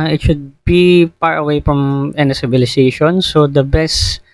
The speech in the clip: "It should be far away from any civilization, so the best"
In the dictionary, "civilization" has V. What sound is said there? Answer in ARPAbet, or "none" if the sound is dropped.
B